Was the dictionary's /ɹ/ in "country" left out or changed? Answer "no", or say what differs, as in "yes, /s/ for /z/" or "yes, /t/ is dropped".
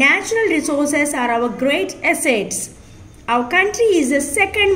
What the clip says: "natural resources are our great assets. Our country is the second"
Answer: no